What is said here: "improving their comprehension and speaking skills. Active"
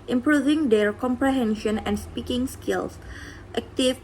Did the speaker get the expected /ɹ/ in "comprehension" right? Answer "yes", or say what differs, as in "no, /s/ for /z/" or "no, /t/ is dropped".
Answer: yes